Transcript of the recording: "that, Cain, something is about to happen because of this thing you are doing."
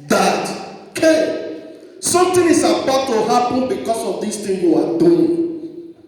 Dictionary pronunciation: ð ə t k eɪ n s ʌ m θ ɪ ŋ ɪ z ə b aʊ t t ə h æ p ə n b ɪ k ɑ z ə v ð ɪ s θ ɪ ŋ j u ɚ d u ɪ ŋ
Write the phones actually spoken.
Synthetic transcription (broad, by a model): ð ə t k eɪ s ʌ m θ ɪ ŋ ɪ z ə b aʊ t t ə h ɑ p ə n b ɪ k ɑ s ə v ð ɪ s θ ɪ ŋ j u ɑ d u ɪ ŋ